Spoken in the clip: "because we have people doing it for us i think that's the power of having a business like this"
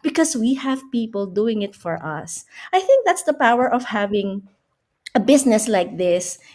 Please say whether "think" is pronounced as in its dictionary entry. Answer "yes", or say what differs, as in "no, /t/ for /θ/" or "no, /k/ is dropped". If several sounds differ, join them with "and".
yes